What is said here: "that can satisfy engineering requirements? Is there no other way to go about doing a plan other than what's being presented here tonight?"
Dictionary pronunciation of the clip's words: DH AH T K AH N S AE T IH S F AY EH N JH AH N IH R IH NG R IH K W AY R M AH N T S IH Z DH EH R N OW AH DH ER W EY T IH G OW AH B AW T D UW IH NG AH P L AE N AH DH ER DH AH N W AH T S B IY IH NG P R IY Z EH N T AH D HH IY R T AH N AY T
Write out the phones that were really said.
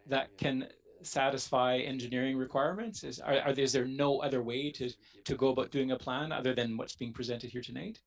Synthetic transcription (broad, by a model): DH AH T K AH N S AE T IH S F AY EH N JH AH N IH R IH NG R IH K W AY R M AH N T S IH Z DH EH R N OW AH DH ER W EY T IH G OW AH B AW T D UW IH NG AH P L AE N AH DH ER DH AH N W AH T S B IY IH NG P R IY Z EH N T AH D HH IY R T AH N AY T